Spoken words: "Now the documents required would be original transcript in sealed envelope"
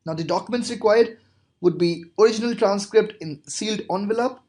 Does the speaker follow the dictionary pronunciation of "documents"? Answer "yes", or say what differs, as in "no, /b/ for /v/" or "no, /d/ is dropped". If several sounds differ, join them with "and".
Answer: yes